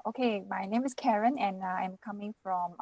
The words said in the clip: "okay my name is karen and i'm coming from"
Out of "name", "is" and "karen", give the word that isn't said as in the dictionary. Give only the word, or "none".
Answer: is